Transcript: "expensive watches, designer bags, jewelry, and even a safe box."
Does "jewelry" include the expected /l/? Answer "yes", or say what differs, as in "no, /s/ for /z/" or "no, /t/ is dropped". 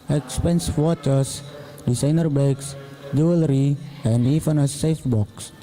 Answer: yes